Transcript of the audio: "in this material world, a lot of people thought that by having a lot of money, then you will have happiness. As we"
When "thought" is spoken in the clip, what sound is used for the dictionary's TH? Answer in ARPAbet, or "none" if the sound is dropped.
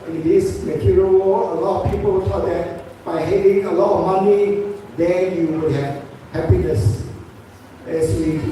S